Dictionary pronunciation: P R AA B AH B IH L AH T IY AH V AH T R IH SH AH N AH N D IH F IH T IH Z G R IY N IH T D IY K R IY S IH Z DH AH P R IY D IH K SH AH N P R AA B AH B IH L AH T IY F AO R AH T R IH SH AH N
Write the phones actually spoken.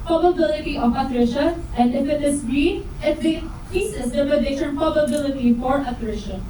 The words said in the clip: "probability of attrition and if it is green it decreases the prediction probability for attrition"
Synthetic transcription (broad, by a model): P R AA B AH B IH L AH T IY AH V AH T R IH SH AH AH N D IH F IH T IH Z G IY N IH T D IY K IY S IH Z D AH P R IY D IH SH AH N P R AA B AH B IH L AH T IY F AO R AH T R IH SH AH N